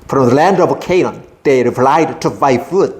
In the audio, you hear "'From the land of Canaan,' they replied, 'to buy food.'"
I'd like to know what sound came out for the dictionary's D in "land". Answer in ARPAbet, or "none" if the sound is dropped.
D